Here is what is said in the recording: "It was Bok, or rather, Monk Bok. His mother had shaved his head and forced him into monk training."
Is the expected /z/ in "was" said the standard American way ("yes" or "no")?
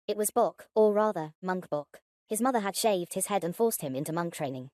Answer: yes